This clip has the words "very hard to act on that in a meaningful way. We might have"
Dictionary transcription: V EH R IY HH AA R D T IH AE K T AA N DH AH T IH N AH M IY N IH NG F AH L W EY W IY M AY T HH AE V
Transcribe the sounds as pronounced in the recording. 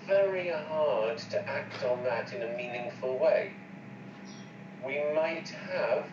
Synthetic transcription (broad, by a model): V EH R IY HH AA R D T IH AE K T N DH AH T IH N AH M IY N IH NG F AH L W EY W IY M AY T HH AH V